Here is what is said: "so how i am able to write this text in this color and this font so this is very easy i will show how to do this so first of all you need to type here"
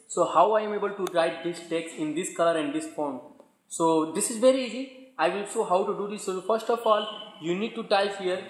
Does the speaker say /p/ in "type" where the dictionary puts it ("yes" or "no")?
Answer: no